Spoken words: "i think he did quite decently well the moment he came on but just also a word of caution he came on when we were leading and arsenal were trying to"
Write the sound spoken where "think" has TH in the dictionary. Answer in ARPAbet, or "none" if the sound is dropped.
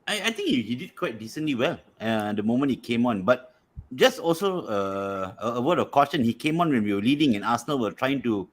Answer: T